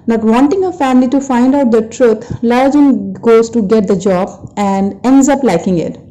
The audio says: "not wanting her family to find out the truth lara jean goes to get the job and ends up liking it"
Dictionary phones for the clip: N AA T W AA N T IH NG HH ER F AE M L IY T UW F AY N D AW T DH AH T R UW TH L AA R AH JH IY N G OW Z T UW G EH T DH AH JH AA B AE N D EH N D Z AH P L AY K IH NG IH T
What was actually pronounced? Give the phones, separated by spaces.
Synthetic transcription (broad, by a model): N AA T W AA N T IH NG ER F AE M L IY T UW F AY N D AW T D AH T R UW T L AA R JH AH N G OW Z T UW G EH T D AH JH AA B AE N D EH N D Z AH P L AY K IH NG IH T